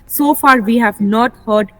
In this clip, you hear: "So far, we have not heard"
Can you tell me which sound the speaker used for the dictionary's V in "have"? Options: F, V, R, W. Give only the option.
V